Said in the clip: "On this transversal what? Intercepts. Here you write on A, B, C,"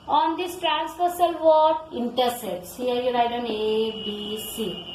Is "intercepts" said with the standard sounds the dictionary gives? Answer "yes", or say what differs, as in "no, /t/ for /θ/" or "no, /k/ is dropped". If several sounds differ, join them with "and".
no, /p/ is dropped